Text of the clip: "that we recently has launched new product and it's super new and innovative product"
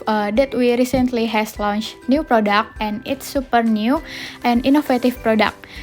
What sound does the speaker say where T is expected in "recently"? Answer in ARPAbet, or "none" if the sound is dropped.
T